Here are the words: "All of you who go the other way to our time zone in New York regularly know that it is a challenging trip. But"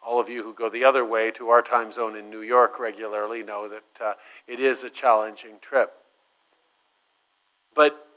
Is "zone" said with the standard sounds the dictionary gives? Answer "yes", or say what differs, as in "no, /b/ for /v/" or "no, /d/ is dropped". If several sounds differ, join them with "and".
yes